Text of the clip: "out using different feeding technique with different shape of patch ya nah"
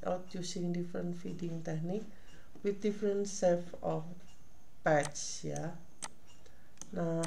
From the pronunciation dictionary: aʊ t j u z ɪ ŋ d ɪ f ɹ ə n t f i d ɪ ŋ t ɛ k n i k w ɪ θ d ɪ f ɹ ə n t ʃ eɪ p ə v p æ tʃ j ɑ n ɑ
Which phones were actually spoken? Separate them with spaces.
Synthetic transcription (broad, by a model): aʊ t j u s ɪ ŋ d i f ɹ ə n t f i d ɪ ŋ t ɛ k n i k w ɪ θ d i f ɹ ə n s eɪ f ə f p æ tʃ j ɑ n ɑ